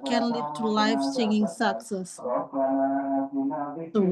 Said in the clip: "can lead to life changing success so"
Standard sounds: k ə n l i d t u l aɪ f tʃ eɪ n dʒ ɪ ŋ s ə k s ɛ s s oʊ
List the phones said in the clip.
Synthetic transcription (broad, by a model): k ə n l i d t u l aɪ f s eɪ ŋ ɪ ŋ s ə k s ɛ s s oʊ